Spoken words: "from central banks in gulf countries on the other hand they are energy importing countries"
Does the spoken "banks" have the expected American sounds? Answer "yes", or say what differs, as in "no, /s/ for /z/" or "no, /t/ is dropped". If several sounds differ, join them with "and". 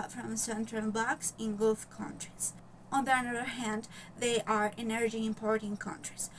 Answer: no, /ŋ/ is dropped